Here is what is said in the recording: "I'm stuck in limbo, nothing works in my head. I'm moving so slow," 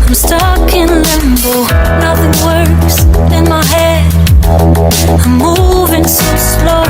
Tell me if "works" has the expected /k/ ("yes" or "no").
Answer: no